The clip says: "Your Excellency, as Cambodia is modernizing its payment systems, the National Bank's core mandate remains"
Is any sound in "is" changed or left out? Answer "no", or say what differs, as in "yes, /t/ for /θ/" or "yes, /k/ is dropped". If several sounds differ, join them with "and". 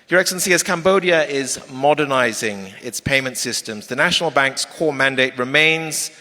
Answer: no